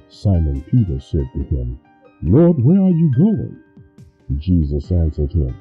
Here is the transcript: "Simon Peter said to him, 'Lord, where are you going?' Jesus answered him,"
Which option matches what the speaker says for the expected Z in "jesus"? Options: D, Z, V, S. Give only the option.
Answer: Z